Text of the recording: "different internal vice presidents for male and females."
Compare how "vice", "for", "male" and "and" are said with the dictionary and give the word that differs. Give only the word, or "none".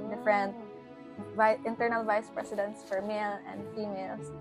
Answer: none